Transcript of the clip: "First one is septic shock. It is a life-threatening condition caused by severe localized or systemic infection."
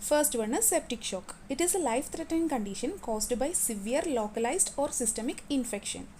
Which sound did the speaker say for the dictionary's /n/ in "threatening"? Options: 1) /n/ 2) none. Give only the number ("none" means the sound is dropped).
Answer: 2